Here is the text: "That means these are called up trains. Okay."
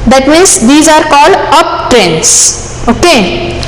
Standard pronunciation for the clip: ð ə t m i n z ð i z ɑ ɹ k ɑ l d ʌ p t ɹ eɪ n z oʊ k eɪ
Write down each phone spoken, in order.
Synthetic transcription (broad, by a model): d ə t m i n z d i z ɑ ɹ k ɑ l d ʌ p t ɹ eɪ n s oʊ k eɪ